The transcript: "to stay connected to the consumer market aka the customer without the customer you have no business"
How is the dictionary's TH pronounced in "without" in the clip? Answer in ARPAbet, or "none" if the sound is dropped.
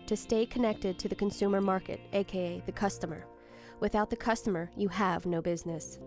TH